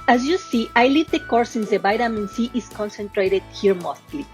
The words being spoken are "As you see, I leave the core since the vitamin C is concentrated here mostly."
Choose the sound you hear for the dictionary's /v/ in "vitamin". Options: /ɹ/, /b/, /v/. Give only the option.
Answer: /b/